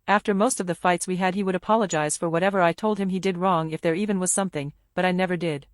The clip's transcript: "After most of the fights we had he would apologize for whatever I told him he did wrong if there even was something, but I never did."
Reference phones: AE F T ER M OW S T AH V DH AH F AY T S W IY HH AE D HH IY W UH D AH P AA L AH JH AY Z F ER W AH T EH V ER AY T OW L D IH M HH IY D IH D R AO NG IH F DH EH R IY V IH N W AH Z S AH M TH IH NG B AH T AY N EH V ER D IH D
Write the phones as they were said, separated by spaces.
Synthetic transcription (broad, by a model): AE F T ER M OW S T AH V DH AH F AY T S W IY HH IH D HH IY W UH D AH P AA L AH JH AY Z F ER W AH T EH V ER AY T OW L D IH M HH IY D IH D R AO NG IH F DH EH R IY V IH N W AH Z S AH M TH IH NG B AH T AY N EH V ER D IH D